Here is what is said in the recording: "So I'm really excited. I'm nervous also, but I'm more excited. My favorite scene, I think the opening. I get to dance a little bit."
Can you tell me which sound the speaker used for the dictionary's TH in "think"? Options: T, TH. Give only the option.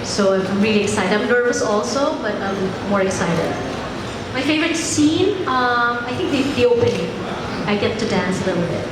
T